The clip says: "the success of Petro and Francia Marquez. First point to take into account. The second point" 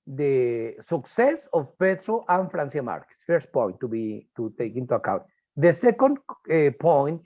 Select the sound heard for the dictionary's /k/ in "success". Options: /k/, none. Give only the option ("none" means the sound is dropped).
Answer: /k/